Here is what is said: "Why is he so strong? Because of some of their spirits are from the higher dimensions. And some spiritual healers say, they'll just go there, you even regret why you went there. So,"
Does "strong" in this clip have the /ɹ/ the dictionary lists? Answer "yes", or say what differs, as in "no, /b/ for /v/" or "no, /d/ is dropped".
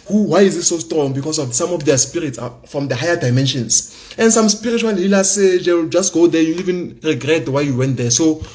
yes